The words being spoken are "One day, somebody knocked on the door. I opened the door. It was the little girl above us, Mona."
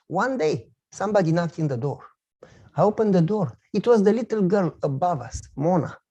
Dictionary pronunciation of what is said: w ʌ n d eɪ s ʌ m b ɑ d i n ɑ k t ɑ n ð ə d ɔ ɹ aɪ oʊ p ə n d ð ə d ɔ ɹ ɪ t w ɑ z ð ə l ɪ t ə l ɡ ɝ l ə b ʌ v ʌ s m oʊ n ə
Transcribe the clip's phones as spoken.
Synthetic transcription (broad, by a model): w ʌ n d eɪ s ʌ m b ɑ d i n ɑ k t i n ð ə d ɔ ɹ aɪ oʊ p ə n d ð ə d ɔ ɹ ɪ t w ɑ z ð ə l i t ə l ɡ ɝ l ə b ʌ v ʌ s m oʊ n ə